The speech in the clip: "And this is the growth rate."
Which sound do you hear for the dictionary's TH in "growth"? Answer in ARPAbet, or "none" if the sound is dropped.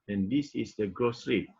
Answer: S